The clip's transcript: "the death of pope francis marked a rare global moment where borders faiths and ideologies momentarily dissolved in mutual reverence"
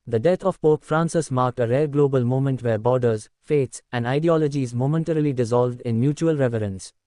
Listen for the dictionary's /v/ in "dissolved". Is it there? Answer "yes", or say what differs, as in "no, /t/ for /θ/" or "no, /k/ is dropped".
yes